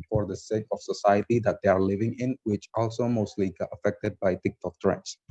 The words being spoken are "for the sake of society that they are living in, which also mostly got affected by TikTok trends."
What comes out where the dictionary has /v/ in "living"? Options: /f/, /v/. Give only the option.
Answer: /v/